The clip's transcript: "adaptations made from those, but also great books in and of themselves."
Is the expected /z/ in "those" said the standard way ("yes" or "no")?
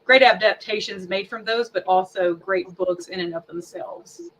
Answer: yes